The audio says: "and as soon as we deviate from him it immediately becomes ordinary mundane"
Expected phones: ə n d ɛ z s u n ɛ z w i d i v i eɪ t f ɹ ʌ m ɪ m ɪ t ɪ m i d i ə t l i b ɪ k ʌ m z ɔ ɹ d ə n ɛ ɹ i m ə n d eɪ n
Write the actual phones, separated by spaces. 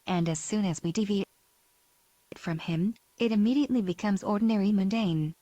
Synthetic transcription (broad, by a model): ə n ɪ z s u n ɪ z w i d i v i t f ɹ ʌ m ɪ m ɪ t ɪ m i d i ə t l i b ɪ k ʌ m z ɔ ɹ d n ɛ ɹ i m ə n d eɪ n